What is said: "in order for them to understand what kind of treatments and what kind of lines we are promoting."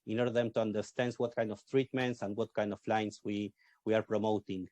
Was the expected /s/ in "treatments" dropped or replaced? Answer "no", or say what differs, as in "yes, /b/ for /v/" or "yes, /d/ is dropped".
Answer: no